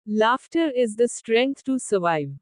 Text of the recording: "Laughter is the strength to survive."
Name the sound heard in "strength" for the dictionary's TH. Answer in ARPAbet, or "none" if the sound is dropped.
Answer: T